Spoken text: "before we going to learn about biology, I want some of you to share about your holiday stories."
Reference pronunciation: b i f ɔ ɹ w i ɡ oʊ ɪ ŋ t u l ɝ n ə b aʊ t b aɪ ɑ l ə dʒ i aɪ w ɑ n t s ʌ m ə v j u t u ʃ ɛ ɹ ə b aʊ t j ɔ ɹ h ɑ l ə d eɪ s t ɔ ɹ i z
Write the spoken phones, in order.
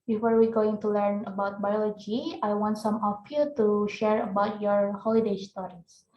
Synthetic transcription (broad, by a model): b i f ɔ ɹ w i ɡ oʊ ɪ ŋ t u l ɝ n ə b aʊ t b aɪ ɑ l ə dʒ i aɪ w ɑ n t s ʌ m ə f j u t u ʃ ɛ ɹ ə b aʊ t j ɔ ɹ h ɑ l ə d eɪ s t ɔ ɹ i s